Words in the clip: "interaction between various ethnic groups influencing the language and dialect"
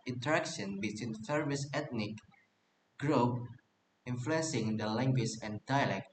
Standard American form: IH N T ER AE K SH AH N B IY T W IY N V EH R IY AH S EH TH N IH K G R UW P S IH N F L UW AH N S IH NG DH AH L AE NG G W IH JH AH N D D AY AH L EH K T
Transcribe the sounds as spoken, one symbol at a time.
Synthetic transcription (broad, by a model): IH N T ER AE K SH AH N B IY T W IY N F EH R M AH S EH T N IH K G R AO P IH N F L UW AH N S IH NG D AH L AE NG G W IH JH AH N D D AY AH L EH K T